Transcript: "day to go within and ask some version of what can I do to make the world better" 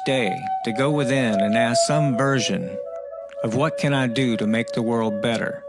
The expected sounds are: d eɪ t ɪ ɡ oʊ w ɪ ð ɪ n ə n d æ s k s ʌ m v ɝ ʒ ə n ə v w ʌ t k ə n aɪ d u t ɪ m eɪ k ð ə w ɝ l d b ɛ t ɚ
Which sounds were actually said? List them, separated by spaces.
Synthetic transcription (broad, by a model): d eɪ t ɪ ɡ oʊ w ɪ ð ɪ n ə n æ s s ʌ m v ɝ ʒ ə n ə v w ʌ t k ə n aɪ d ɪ t ɪ m eɪ k ð ə w ɝ l d b ɛ t ɚ